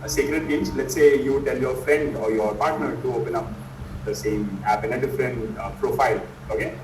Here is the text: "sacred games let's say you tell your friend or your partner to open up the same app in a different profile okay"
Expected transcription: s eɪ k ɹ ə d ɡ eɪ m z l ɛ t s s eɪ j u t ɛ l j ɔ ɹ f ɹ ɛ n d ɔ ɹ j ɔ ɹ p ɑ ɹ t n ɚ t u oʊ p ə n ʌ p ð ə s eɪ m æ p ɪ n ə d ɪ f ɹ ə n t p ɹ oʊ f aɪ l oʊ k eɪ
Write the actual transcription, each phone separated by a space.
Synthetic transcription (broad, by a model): s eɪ k ɹ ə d ɡ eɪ m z l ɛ t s s eɪ j u t ɛ l j ɔ ɹ f ɹ ɛ n d ɔ ɹ j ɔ ɹ p ɑ ɹ t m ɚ t u oʊ p ə n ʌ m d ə s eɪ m æ p ɪ n ə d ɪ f ɹ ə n p ɹ oʊ f aɪ l oʊ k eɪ